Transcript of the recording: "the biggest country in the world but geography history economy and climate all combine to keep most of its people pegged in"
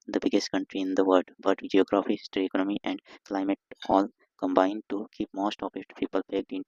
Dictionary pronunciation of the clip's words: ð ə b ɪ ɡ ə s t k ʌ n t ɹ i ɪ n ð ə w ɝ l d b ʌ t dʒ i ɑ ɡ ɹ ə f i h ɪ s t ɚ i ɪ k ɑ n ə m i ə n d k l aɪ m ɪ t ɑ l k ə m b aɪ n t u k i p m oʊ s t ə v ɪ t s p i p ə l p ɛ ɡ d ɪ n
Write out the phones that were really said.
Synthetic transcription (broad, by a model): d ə b ɪ ɡ ə s t k ʌ n t ɹ i ɪ n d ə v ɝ d b ʌ t dʒ i ɑ ɡ ɹ ə f i s t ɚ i k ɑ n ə m i ə n d k l aɪ m ɪ t ɑ l k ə m b aɪ n t u k i p m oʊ s t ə p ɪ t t p i p ə l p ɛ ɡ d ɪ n